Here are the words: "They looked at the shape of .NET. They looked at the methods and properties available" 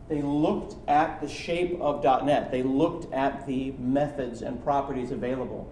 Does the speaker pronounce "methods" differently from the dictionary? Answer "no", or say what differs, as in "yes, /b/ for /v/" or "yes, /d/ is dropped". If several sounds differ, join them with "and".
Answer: no